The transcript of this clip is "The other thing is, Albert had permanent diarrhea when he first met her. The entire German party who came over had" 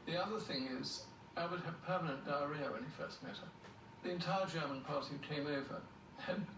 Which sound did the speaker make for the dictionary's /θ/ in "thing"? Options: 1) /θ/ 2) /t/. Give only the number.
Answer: 1